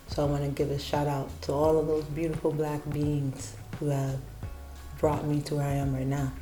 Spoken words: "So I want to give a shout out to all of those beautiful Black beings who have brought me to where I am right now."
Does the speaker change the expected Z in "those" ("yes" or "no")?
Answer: no